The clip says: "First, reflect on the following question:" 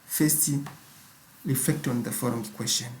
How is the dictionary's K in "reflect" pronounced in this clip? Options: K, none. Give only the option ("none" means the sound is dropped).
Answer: K